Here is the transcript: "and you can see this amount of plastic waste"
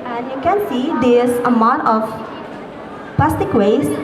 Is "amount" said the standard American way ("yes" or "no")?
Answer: no